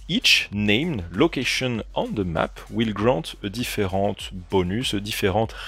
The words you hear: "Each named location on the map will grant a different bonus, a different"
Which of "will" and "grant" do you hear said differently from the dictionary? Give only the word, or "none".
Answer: grant